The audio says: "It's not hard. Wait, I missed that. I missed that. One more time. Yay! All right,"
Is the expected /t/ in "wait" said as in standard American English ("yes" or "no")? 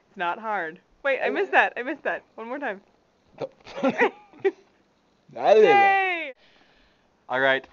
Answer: yes